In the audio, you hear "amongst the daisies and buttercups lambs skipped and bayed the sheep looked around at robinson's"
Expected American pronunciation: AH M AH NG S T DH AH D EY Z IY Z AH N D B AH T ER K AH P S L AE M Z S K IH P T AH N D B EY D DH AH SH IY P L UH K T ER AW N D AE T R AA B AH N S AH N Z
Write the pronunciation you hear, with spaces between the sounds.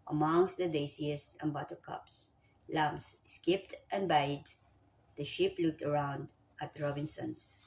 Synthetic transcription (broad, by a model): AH M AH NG S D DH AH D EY S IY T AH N B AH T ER K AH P S L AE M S S K IH P T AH N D B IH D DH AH SH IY P L UH K T ER AW N D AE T R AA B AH N S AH N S